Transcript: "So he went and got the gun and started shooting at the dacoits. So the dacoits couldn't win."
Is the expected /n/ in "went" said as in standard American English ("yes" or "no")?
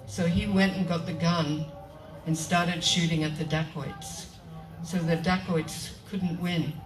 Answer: yes